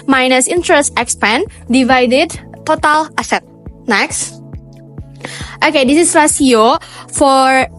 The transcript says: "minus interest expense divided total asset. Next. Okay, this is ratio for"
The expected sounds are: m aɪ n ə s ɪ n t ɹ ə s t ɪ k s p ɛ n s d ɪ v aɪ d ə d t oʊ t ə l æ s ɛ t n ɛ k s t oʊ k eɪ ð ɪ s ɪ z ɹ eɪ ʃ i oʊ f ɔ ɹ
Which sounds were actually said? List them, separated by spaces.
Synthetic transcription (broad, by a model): m aɪ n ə s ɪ n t ɹ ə s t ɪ k s p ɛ n d ɪ v aɪ d ə d t oʊ t ə l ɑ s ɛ t n ɛ k s t oʊ k eɪ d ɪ s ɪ s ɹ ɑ s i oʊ f ɔ ɹ